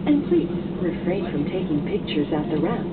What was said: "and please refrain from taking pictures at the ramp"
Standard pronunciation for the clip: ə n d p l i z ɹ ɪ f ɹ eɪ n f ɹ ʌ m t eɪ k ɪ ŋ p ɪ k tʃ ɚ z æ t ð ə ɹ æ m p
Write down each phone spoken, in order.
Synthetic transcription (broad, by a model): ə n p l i s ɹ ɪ f ɹ eɪ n f ɹ ʌ m t eɪ k ɪ ŋ p ɪ k tʃ ɚ z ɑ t ð ə ɹ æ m